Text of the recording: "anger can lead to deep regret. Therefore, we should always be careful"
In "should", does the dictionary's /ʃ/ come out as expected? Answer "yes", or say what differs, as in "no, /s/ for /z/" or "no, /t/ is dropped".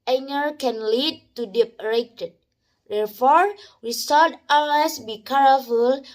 no, /s/ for /ʃ/